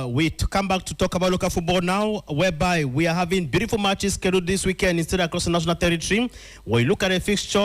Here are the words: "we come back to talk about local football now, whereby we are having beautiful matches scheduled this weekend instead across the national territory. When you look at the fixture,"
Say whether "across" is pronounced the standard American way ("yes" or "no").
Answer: yes